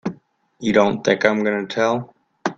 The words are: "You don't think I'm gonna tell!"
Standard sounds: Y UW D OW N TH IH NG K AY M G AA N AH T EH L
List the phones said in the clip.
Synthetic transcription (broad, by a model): Y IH D OW N TH IH NG K AY M G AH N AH T EH L